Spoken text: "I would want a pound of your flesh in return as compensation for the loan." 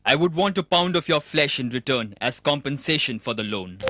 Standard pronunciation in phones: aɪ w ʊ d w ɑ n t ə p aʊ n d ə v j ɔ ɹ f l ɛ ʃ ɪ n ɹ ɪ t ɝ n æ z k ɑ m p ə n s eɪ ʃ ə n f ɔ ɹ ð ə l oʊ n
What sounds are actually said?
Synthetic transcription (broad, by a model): aɪ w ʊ d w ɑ n t ə p aʊ n d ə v j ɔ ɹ f l ɛ ʃ ɪ n ɹ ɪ t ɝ n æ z k ɑ m p ə n s eɪ ʃ ə n f ɔ ɹ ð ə l oʊ n